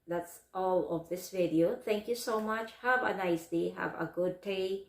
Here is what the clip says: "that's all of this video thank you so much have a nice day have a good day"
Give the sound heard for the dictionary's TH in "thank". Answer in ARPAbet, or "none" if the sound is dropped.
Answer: T